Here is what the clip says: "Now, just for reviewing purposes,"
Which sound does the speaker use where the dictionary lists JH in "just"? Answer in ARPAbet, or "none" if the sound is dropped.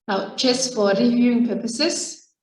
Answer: CH